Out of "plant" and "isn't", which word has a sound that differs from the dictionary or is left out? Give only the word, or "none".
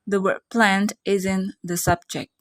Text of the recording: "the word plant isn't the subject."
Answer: none